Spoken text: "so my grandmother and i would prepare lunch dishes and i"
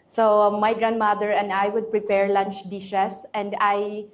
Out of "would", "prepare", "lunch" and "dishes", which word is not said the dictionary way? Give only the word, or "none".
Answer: dishes